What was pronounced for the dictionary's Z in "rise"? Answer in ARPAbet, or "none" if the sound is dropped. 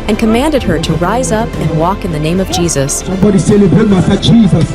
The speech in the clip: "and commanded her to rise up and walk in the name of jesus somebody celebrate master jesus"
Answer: Z